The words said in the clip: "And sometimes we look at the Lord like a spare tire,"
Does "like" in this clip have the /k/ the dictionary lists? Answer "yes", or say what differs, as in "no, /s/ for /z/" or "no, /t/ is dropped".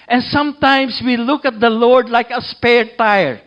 yes